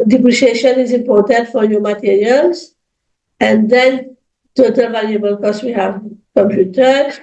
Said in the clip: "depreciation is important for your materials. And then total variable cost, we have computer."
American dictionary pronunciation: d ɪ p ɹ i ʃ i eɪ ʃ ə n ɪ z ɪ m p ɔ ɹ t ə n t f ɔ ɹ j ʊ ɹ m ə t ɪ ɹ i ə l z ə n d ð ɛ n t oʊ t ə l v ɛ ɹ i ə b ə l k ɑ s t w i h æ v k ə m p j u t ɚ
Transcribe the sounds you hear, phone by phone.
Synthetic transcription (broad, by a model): d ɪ p ɹ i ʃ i eɪ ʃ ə n ɪ z ɪ m p ɔ ɹ t ə n t f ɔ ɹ j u m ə t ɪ ɹ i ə l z ə n d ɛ n t oʊ t ə l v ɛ l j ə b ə l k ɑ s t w i h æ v k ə m p j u t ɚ